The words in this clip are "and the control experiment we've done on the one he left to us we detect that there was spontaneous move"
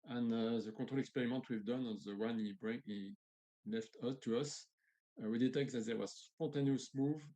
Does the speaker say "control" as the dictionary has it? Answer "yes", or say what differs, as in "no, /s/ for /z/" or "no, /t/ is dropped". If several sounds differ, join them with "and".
no, /n/ is dropped